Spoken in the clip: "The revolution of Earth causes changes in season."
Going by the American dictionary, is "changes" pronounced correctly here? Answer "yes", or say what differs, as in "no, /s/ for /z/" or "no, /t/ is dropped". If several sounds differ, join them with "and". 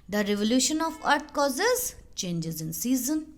yes